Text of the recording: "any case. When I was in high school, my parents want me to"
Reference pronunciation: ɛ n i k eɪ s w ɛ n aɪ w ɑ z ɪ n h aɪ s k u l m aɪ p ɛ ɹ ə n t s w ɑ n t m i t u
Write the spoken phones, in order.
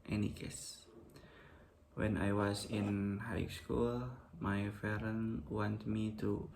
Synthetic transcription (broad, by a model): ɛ n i k eɪ s w ɛ n aɪ w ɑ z ɪ n h aɪ s k u l m aɪ f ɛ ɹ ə n w ɑ n t m i t u